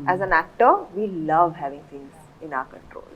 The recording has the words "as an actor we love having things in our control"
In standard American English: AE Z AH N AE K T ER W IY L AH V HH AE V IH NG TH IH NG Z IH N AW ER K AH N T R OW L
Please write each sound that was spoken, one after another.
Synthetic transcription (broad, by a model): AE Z AH N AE K T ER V IY L AH V HH AE V IH NG S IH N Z IH N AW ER K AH N T R OW L